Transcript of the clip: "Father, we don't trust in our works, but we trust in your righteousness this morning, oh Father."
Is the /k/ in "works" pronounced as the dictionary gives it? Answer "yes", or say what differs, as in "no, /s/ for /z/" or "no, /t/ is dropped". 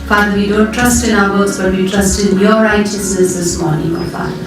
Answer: no, /k/ is dropped